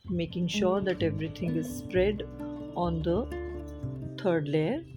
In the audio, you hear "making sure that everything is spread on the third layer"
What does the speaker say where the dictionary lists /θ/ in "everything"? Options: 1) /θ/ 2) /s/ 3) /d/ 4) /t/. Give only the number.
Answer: 4